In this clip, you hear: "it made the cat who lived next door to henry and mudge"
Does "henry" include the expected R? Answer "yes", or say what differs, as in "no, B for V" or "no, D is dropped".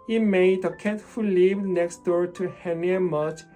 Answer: no, R is dropped